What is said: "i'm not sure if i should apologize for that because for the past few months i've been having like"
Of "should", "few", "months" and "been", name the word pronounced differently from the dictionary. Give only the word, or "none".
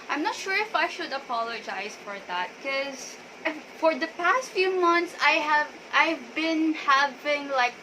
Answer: months